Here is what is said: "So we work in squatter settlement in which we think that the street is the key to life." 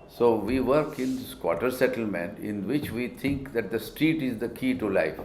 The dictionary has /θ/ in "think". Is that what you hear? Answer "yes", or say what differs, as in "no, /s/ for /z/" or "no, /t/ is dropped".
no, /t/ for /θ/